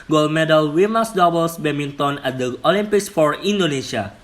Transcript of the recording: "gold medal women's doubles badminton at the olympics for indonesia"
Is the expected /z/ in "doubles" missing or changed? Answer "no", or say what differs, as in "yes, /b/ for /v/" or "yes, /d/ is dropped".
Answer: yes, /s/ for /z/